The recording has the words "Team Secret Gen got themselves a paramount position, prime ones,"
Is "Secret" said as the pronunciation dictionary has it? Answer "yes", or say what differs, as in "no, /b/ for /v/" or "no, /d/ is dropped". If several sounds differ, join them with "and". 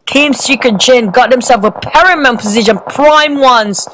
no, /ɹ/ is dropped